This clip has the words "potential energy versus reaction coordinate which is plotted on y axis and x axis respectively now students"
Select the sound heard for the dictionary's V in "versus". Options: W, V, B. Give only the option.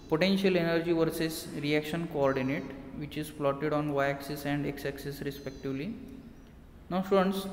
V